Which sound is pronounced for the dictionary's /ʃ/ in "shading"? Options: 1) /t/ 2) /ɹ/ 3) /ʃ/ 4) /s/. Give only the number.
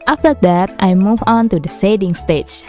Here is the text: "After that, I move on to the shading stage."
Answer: 4